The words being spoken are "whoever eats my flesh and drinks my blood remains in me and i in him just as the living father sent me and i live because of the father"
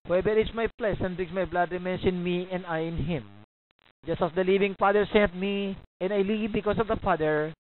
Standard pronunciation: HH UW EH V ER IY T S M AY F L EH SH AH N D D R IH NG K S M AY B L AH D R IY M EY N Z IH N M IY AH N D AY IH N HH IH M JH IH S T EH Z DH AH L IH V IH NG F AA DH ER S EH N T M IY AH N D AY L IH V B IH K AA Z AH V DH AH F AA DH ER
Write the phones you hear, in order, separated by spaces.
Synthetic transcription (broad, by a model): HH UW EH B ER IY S M AY P L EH S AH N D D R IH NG S M AY B L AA D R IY M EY N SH IH N M IY AH N D AY IH N HH IH M JH IH S T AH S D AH L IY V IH NG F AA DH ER S EH N T M IY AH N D AY L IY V B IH K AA S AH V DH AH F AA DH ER